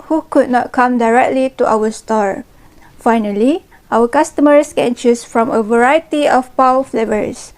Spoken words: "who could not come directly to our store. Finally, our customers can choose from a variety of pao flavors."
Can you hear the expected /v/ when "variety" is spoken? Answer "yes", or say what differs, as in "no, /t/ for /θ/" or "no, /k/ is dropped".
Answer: yes